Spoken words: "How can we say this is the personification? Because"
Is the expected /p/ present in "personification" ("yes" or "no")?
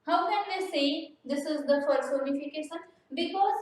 no